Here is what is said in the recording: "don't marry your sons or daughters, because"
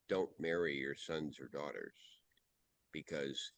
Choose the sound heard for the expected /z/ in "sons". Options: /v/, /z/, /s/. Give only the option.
/z/